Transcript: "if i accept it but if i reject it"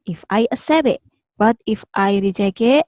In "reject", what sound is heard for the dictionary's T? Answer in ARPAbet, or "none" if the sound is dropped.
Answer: none